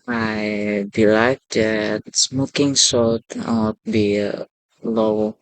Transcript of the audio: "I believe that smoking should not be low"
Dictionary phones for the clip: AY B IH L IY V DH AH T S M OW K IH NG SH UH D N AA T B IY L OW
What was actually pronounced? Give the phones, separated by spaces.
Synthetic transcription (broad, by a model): AY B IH L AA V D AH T S M OW K IH NG S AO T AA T B IY L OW